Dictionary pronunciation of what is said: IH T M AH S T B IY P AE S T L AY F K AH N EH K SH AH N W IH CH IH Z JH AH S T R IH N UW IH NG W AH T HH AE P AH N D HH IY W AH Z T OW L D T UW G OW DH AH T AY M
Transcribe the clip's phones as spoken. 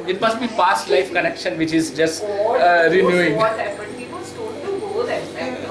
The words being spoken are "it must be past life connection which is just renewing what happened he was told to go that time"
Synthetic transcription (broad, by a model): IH T M AH S T B IY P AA S T L AY F K AH N EH K SH AH N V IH CH IH Z JH AH S T R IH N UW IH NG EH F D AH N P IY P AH S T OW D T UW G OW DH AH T